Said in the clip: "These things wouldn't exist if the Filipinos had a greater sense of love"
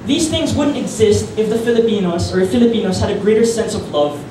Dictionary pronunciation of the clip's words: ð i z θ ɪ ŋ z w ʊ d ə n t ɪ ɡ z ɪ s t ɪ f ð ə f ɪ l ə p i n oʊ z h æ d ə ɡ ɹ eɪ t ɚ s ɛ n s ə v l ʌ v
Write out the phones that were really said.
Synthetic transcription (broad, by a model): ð i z θ ɪ ŋ z w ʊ d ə n t ɪ ɡ z ɪ s t ɪ f ð ə f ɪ l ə p i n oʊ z h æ d ə ɡ ɹ eɪ t ɚ s ɛ n s ə v l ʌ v